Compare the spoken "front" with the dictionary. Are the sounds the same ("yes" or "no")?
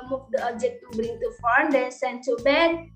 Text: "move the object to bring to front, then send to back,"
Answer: no